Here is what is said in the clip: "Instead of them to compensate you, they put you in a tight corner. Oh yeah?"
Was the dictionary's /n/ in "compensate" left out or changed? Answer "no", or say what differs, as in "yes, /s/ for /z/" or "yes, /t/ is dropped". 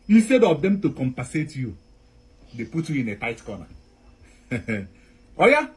yes, /n/ is dropped